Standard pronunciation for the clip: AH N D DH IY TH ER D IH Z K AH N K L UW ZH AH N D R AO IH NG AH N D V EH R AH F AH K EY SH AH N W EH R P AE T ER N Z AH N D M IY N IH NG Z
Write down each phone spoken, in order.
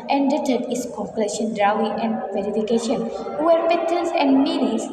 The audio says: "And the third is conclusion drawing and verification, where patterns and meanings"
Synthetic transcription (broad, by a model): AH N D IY T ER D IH S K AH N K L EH SH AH N D R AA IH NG AH N D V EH R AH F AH K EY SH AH N W EH R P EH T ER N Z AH N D M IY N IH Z